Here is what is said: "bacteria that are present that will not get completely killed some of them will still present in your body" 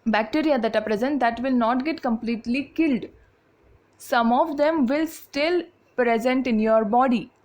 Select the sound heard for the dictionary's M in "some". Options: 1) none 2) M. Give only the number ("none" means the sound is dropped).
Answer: 2